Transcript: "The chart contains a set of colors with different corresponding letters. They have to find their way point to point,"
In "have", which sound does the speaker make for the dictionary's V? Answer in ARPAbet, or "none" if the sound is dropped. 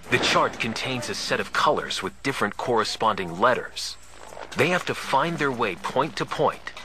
F